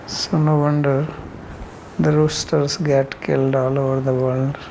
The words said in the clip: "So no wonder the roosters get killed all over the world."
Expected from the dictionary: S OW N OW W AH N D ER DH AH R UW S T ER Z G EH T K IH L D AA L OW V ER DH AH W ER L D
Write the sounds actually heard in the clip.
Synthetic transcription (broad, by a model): S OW N OW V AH N D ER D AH R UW S T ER S G EH T K IH L D AA L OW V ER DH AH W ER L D